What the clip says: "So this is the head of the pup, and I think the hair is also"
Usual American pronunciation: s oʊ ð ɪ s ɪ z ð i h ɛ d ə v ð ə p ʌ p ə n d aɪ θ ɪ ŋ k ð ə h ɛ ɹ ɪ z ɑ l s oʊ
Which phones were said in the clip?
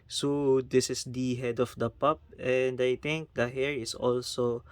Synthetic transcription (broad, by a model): s oʊ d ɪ s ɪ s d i h ɛ d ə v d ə p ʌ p ə n d aɪ t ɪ ŋ k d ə h ɛ ɹ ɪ s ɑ l s oʊ